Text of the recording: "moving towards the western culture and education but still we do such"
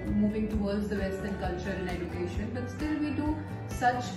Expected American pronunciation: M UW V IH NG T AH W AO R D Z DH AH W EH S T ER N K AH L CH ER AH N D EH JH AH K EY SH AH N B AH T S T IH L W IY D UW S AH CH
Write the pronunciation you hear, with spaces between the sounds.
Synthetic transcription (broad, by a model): M UW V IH NG T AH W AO R D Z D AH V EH S T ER N K AH L CH ER AH N D EH JH AH K EY SH AH N B AH T S T IH L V IY D UW S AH CH